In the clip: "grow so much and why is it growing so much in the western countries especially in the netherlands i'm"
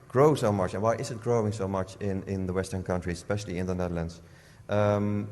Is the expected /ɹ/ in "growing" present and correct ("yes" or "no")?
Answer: yes